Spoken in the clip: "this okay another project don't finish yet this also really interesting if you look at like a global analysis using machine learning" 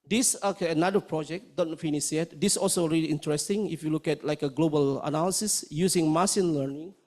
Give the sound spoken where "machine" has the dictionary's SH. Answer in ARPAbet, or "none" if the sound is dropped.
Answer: S